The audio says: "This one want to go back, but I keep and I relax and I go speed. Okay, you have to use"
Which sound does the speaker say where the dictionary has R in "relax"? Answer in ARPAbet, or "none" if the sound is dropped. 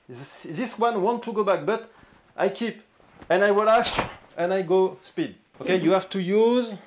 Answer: W